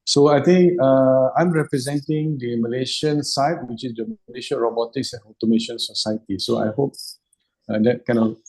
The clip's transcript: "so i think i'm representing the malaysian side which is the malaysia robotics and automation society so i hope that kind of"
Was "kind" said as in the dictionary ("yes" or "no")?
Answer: no